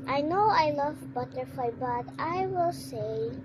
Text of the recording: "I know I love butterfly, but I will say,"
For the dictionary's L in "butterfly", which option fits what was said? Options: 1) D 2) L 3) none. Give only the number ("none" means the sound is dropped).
3